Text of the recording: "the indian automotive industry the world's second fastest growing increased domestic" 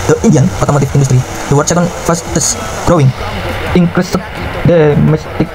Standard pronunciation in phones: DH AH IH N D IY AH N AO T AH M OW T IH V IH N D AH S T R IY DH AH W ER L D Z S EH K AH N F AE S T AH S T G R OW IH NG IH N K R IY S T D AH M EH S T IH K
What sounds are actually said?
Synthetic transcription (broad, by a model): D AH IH N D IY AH N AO T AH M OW T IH F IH N D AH S T R IY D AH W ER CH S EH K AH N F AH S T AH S G R OW IH NG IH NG K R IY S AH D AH M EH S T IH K